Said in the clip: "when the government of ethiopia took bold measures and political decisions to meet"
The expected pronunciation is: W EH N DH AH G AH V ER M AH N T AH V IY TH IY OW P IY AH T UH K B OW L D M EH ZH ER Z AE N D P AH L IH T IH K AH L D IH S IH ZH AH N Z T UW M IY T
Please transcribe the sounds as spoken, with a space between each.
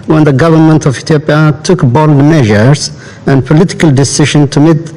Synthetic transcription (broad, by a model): W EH N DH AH G AH V ER M AH N T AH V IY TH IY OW P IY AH T UH K B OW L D M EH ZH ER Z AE N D P AH L IH T IH K AH L D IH S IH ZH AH N T UW M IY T